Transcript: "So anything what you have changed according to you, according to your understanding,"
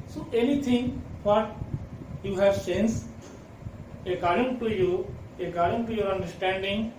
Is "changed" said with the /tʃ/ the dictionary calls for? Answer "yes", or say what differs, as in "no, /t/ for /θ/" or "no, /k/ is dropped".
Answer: no, /s/ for /tʃ/